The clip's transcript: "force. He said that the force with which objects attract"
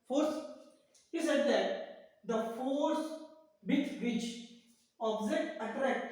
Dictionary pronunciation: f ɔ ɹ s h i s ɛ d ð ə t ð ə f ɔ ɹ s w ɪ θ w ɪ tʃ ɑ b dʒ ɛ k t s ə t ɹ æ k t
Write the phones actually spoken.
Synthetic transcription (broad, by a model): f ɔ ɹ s h i s ɛ d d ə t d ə f ɔ ɹ s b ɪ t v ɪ tʃ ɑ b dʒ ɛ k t ə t ɹ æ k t